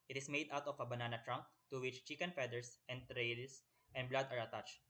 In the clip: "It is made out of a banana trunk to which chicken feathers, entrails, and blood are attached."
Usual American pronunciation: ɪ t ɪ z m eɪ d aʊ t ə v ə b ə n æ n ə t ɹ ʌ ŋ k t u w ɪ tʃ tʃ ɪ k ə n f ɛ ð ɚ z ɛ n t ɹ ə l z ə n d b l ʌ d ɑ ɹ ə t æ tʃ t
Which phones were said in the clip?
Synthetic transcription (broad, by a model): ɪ t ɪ s m eɪ d aʊ t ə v ə b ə n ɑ n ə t ɹ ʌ ŋ k t u w ɪ tʃ tʃ ɪ k ə n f ɛ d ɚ s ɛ n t ɹ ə l s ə n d b l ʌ d ɑ ɹ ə t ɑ tʃ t